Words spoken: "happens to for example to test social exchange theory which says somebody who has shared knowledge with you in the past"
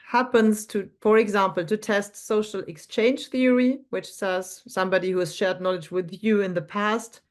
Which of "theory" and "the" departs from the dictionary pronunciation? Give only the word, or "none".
none